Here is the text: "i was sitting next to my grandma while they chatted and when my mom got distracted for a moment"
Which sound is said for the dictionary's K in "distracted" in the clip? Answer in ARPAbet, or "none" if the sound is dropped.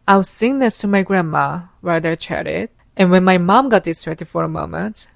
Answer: none